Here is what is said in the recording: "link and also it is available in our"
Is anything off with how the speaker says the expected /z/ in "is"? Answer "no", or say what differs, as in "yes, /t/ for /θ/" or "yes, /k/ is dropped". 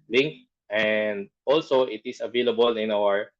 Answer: yes, /s/ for /z/